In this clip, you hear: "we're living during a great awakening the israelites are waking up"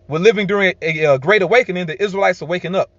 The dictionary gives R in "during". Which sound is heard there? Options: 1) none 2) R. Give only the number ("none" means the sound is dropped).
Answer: 2